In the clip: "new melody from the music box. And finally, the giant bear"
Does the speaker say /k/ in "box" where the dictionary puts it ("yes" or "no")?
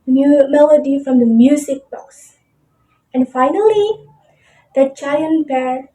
no